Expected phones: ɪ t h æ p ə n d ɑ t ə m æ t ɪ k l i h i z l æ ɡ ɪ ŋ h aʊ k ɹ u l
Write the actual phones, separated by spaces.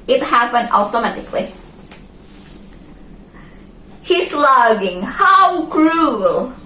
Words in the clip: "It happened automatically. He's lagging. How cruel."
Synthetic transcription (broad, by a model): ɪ t h æ p ə n d ɑ t ə m æ t ɪ k l i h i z l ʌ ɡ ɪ ŋ h aʊ k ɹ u l